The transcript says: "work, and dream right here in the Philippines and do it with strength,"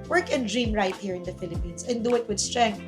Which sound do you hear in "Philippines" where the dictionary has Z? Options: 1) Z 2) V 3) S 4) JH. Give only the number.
3